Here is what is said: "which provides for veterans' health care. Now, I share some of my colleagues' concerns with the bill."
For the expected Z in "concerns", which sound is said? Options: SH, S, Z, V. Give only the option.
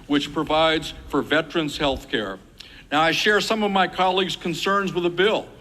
Z